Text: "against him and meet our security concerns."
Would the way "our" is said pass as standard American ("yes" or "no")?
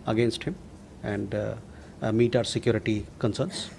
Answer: yes